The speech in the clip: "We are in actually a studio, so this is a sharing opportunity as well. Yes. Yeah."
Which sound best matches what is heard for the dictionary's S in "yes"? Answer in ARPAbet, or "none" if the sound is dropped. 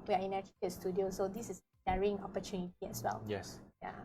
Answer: S